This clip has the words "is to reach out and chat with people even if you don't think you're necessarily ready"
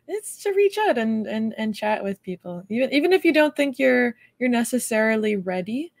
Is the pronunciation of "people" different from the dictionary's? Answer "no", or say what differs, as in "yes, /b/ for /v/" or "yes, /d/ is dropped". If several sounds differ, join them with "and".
yes, /n/ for /l/